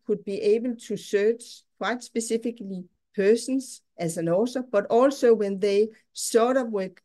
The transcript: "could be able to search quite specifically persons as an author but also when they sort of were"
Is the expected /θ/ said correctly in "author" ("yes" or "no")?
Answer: no